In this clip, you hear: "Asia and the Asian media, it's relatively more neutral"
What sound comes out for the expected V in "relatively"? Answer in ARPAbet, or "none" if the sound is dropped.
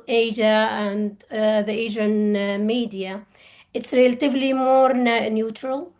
V